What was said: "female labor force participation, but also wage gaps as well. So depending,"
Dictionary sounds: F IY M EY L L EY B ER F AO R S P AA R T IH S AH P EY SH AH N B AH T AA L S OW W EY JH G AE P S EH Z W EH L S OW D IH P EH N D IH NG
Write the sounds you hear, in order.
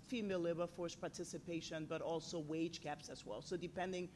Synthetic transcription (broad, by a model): F IY M EY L L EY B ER F AO R S P AA R T IH S AH P EY SH AH N B AH T AA L S OW W EY JH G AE P S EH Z W EH L S OW D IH P EH N D IH NG